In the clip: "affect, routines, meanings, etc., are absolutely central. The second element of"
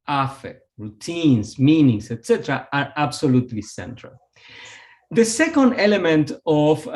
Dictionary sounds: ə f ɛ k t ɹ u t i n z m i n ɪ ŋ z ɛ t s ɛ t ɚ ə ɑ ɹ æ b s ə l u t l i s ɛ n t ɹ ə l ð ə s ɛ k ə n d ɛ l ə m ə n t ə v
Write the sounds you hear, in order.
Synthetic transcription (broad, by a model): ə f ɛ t ɹ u t i n s m i n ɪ ŋ s ɛ t s ɛ t ɚ ə ɑ ɹ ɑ b s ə l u t l i s ɛ n t ɹ ə l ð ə s ɛ k ə n d ɛ l ə m ə n t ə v